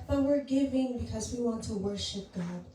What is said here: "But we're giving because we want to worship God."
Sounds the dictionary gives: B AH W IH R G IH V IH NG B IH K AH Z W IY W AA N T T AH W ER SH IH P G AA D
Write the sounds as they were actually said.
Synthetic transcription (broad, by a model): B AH W IH R G IH V IH NG B IH K AH Z W IY W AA N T T AH W ER SH IH P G AA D